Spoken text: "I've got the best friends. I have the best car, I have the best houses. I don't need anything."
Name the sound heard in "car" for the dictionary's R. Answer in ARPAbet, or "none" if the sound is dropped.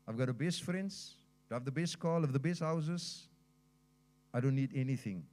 L